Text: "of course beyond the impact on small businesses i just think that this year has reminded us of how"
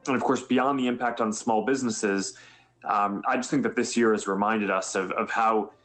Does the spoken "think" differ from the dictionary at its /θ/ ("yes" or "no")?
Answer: no